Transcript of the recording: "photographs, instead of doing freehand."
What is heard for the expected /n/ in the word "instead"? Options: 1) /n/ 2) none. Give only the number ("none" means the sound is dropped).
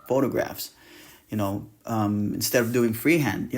1